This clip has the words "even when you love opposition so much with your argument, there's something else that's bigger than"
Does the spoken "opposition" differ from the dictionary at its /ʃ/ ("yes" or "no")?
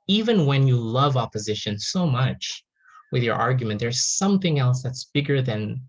no